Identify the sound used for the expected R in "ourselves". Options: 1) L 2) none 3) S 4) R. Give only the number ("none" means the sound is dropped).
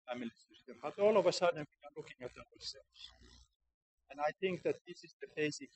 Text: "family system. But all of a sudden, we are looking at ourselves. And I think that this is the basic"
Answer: 1